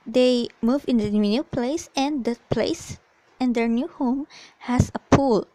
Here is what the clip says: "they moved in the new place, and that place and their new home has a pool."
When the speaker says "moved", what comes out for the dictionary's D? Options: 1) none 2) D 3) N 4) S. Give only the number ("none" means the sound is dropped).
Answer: 1